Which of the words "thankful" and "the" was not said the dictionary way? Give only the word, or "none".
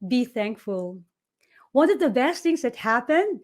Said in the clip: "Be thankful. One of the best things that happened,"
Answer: none